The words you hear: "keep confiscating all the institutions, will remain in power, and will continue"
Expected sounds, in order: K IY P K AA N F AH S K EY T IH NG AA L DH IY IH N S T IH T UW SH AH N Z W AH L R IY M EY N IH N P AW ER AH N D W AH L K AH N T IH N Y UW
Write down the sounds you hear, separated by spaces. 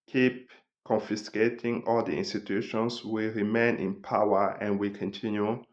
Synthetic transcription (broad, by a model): K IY P K AA N F AH S K EY T IH NG AA L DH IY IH N S T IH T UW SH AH N S W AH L R IY M EY N IH N P AW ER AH N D W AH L K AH N T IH N Y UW